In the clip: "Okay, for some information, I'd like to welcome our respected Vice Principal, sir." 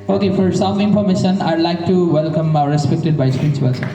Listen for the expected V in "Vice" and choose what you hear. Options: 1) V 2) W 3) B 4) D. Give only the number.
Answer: 3